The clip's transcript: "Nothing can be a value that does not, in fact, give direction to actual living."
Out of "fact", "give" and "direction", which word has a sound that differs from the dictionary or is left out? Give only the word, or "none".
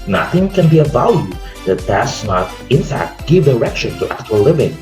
none